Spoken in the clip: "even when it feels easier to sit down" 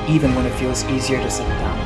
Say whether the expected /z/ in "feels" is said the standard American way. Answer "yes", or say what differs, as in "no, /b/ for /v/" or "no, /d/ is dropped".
yes